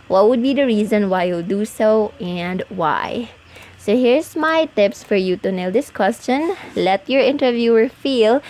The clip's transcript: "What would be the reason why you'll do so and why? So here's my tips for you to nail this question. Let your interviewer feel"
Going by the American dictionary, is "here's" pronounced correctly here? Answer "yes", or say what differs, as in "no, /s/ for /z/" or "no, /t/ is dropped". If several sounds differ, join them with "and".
no, /s/ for /z/